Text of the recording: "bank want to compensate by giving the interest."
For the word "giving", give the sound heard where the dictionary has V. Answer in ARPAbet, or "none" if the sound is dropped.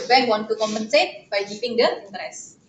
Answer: P